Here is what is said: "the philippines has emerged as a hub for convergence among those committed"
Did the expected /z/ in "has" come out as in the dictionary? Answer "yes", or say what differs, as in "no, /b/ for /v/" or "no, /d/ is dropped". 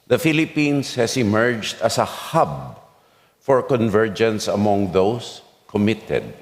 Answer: no, /s/ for /z/